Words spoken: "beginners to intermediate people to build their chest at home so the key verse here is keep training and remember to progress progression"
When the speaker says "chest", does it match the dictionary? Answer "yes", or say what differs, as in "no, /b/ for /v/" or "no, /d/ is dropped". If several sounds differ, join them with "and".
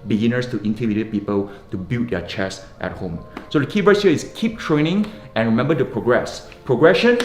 yes